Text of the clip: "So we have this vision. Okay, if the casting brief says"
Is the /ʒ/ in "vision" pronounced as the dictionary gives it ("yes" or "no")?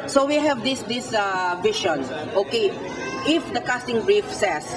no